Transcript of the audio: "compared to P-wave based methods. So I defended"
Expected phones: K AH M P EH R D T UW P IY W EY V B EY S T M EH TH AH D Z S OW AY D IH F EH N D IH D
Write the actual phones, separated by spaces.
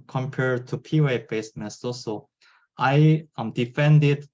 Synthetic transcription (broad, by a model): K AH M P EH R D T UW P IY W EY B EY S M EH S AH S OW AY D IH F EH N D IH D